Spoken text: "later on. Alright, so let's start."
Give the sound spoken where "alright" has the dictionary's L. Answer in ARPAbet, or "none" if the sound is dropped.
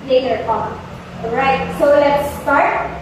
N